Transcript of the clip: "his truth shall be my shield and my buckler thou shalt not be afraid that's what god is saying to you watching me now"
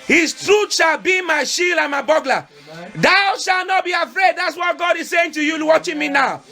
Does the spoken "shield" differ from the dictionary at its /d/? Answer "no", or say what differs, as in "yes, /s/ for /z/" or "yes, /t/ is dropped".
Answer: yes, /d/ is dropped